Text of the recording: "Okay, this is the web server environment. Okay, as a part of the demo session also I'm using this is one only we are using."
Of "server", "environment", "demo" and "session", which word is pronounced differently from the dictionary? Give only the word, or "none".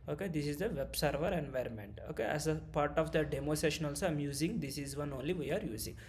none